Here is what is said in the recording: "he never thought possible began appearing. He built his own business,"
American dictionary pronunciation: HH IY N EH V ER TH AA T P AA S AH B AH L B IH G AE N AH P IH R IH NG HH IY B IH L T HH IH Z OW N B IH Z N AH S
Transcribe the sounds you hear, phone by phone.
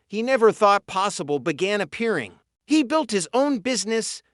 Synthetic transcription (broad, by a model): HH IY N EH V ER TH AA T P AA S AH B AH L B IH G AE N AH P IH R IH NG HH IY B IH L T HH IH Z OW N B IH Z N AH S